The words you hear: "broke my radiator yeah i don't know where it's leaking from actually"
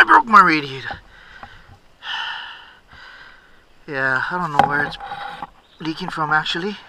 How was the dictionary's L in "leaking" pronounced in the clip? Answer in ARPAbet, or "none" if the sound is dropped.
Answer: L